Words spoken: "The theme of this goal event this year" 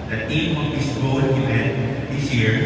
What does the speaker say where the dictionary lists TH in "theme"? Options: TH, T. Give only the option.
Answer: T